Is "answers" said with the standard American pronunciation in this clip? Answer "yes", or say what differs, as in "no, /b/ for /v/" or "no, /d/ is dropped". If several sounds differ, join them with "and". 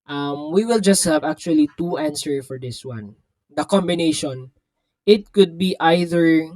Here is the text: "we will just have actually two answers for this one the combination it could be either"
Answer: no, /z/ is dropped